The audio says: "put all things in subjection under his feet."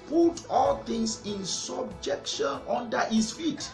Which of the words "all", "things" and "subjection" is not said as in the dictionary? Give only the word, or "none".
things